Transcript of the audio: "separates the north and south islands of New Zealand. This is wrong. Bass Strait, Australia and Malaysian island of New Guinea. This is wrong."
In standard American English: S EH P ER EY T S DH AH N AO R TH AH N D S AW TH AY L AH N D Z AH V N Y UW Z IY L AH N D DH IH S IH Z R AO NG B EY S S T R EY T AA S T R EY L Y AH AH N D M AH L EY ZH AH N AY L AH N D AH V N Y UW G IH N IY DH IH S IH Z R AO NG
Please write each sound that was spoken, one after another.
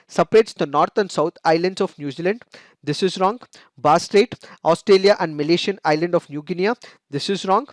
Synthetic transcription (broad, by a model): S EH P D EY T S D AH N AO R T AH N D S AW T AY L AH N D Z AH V N Y UW Z IY L AH N D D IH S IH Z R AO NG B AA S S T R EY T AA S T R EY L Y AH AH N D M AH L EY SH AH N AY L AH N D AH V N Y UW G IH N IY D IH S IH Z R AO NG